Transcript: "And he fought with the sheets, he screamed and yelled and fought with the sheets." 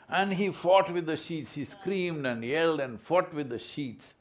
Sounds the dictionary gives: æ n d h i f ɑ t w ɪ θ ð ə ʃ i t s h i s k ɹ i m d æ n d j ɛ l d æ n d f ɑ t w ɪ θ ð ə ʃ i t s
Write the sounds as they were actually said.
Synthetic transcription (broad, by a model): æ n d h i f ɑ t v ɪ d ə ʃ i t s h i s k ɹ i m d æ n d j ɛ l d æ n d f ɑ t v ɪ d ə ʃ i t s